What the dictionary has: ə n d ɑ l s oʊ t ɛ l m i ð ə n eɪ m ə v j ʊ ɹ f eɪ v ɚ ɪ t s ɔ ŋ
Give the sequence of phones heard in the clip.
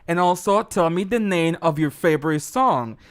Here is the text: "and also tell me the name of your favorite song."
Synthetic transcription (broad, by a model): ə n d ɑ l s oʊ t ɛ l m i ð ə n eɪ m ə v j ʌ ɹ f eɪ v ɚ ɪ t s ɔ ŋ